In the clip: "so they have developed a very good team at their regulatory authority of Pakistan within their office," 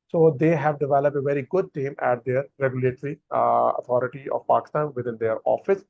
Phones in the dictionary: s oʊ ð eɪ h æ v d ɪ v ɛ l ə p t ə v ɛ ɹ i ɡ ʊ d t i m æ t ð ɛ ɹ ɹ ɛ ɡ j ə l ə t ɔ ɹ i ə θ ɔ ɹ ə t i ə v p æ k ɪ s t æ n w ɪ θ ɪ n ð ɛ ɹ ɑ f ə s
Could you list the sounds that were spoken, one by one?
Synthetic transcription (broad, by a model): s oʊ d eɪ h æ v d ɪ v ɛ l ə p t ə v ɛ ɹ i ɡ ʊ d t i m æ t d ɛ ɹ ɹ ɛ ɡ j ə l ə t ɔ ɹ i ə t ɔ ɹ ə t i ə v p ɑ k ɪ s t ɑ n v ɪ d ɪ n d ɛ ɹ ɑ f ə s